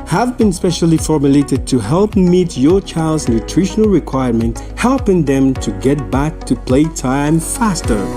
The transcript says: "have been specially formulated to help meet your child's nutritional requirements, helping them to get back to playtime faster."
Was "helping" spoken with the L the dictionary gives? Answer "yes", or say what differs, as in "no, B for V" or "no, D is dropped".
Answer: yes